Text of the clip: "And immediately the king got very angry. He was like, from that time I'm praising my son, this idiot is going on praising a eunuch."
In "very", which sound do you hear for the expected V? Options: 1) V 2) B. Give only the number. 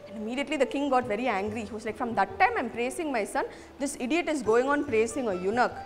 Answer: 1